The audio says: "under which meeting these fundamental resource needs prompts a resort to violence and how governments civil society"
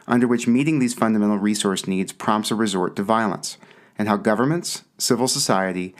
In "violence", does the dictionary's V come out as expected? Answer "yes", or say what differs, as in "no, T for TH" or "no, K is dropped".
yes